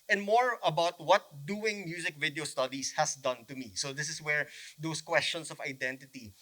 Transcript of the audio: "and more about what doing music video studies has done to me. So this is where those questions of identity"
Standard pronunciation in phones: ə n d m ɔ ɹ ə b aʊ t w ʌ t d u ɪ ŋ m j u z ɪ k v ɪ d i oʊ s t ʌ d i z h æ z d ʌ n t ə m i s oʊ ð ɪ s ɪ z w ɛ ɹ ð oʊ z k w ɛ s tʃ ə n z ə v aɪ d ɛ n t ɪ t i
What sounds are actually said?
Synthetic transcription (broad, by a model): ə n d m ɔ ɹ ə b aʊ t w ʌ t d u ɪ ŋ m j u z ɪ k v ɪ d i oʊ s t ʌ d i s h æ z d ʌ n t ə m i s oʊ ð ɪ s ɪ s w ɛ ɹ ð oʊ s k w ɛ s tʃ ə n s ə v aɪ d ɛ n t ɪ t i